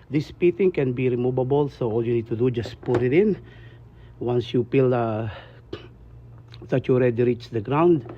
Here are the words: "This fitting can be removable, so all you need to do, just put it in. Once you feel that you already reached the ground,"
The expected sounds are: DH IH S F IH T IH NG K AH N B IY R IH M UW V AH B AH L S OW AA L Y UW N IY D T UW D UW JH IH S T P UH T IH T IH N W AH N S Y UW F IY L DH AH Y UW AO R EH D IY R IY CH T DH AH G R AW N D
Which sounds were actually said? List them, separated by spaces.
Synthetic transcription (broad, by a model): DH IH S P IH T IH NG K AH N B IY R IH M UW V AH B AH L S OW AA L Y UW N IY D T UW D UW JH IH S P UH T IH T IH N W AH N S Y UW P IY L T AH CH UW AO R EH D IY R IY CH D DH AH G R AW N D